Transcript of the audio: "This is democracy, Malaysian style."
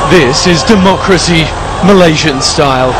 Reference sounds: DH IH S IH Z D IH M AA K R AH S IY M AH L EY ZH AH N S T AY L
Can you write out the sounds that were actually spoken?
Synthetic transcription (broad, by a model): DH IH S IH Z D IH M AA K R AH S IY M AH L EY ZH AH N S T AY L